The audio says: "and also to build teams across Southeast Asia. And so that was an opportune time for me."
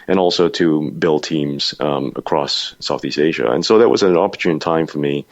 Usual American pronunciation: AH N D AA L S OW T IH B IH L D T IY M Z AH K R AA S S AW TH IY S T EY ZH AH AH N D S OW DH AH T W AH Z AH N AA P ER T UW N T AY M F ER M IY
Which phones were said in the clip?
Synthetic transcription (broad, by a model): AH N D AA L S OW T IH B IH L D T IY M Z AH K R AA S S AW TH IY S T EY ZH AH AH N S OW DH AH T W AH Z AH N AA P ER T UW N T AY M F ER M IY